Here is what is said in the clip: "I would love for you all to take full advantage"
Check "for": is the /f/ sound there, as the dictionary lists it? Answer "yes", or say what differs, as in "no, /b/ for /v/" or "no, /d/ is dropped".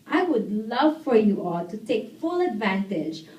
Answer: yes